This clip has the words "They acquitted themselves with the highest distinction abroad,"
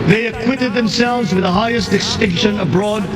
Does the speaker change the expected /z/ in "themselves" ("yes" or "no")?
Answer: no